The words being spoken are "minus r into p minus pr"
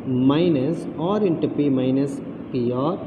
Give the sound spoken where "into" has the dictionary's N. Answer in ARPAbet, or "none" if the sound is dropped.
N